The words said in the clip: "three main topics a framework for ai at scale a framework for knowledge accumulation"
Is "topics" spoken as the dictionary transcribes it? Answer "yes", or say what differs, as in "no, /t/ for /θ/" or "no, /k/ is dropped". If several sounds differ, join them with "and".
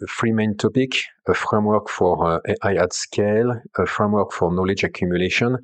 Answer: no, /s/ is dropped